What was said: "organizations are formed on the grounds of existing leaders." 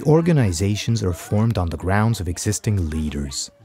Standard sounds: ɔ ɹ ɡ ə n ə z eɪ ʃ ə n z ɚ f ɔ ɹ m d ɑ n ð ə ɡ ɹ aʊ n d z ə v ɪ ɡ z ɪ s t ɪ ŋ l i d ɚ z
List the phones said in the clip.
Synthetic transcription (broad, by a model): ɔ ɹ ɡ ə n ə z eɪ ʃ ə n z ɚ f ɔ ɹ m d n ð ə ɡ ɹ aʊ n d z ə v ɪ ɡ z ɪ s t ɪ ŋ l i d ɚ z